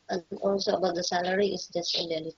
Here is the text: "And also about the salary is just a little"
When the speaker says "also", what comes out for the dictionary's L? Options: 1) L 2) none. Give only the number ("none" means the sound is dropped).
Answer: 1